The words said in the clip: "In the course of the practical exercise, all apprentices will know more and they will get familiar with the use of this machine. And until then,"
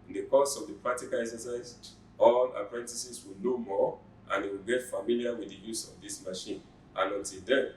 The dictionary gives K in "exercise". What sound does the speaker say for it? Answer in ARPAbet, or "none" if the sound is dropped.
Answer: none